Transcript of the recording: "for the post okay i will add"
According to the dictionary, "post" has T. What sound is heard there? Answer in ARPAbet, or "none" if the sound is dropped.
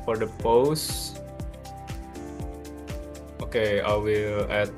T